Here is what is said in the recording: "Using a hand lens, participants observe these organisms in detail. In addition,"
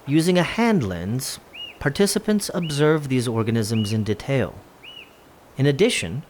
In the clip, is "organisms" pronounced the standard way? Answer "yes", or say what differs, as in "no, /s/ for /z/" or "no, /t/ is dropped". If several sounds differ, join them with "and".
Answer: yes